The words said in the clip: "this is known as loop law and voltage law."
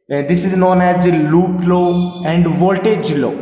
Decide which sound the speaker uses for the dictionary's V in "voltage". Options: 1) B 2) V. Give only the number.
2